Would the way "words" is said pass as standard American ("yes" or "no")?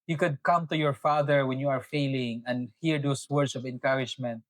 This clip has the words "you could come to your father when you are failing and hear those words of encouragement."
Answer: no